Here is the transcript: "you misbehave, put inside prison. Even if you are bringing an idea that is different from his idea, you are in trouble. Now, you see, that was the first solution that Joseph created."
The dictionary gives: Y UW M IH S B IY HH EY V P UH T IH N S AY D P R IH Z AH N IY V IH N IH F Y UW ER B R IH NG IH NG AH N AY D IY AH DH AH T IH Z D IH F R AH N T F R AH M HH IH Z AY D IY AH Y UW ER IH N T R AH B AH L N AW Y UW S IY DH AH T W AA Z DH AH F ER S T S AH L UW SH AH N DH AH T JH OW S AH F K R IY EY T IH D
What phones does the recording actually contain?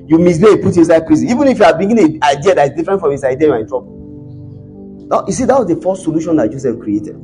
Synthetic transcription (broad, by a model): Y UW M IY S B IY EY P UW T IH N S AY D P R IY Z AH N IY V IH N IH F Y UW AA B R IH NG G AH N AY D IY AH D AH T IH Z D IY F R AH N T F R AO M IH S AY D IY AH Y UW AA IH N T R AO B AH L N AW Y UW S IY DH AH T W AA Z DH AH F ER S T S AH L UW SH AH N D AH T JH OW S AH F K R IY EY T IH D